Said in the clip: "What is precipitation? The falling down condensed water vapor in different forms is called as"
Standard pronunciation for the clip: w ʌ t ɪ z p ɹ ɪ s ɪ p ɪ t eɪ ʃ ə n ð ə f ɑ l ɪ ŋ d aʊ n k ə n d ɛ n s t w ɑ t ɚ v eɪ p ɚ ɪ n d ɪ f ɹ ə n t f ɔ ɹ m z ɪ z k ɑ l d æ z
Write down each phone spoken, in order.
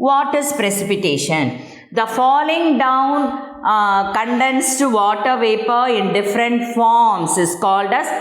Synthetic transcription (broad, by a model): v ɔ t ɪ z p ɹ ɪ s ɪ p ɪ t eɪ ʃ ə n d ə f ɑ l ɪ ŋ d aʊ n k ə n d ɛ n s t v ɑ t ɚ v eɪ p ɚ ɪ n d ɪ f ɹ ə n t f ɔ ɹ m s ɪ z k ɑ l d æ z